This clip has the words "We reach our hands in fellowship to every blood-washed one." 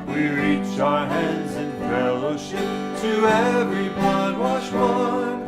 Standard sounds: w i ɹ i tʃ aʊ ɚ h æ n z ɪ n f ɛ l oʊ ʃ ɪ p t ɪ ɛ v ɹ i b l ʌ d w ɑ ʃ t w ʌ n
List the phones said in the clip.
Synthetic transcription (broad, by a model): w i ɹ i tʃ aʊ ɚ h æ n z ɪ n f ɛ l oʊ ʃ ɪ p t ɪ ɛ v ɹ i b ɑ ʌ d w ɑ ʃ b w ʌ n